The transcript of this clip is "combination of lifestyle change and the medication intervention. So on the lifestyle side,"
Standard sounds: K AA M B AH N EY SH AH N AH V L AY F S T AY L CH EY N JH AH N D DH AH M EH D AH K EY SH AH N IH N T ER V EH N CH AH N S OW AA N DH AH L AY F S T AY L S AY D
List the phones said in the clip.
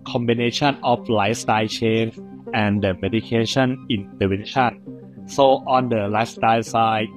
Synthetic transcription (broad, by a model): K AA M B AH N EY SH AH N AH F L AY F S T AY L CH EY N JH AH N D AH M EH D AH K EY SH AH N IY N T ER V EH N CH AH N S OW AA N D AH L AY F S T AY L S AY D